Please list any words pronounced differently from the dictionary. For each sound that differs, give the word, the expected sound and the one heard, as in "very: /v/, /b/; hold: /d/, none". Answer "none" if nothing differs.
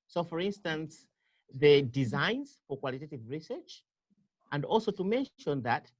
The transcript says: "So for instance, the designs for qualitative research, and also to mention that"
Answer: none